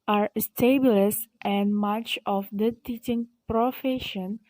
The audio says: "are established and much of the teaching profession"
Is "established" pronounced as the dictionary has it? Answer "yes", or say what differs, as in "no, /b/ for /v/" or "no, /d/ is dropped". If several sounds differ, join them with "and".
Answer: no, /s/ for /ʃ/